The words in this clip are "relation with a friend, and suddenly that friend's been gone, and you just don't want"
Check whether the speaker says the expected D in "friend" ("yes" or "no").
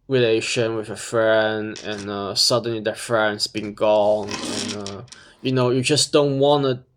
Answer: yes